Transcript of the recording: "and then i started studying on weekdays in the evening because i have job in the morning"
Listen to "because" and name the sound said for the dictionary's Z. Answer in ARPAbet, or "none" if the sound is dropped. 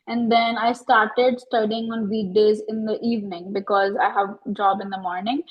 Z